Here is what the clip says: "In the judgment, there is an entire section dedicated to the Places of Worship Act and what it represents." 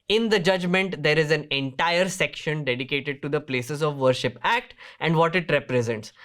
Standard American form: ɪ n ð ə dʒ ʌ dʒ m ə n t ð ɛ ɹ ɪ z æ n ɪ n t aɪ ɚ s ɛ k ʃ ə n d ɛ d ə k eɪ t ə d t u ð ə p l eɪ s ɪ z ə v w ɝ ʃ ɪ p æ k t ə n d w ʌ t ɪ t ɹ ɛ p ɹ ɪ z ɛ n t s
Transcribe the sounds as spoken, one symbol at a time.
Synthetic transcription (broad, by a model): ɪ n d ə dʒ ʌ dʒ m ə n t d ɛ ɹ ɪ z æ n ɪ n t aɪ ɚ s ɛ k ʃ ə n d ɛ d ə k eɪ t ə d t u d ə p l eɪ s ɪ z ə v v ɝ ʃ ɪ p æ k t ə n d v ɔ t ɪ t ɹ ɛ p ɹ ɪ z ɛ n t s